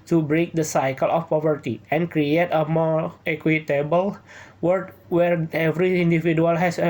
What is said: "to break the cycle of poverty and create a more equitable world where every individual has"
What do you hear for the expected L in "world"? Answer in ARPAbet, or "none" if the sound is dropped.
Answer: none